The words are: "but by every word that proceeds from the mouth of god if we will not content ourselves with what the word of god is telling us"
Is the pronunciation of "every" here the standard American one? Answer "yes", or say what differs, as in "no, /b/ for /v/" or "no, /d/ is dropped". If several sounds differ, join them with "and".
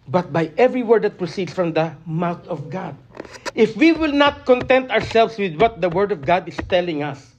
yes